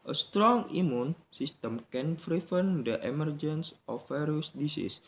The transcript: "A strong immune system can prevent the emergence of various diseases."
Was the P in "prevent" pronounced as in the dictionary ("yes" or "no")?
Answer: no